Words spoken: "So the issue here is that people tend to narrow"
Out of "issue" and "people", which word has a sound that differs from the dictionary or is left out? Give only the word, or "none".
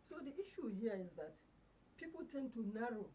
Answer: none